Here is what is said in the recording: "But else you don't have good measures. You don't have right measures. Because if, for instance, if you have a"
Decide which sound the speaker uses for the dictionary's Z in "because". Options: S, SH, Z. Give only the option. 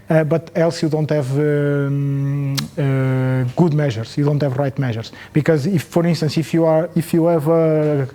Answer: Z